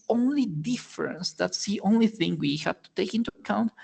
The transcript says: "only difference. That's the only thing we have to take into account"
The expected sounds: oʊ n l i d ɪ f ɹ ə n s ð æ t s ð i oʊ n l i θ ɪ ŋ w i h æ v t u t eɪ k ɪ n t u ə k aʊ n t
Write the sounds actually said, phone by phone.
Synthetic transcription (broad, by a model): oʊ n l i d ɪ f ɹ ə n s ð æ t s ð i oʊ n l i θ ɪ ŋ w i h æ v t u t eɪ k ɪ n t u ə k aʊ n t